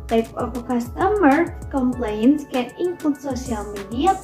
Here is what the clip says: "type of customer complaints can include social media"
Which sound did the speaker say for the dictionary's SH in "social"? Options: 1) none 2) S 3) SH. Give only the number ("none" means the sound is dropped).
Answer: 2